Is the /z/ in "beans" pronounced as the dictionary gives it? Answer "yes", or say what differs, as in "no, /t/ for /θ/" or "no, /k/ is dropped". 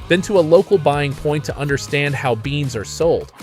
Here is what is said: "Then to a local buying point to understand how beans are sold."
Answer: yes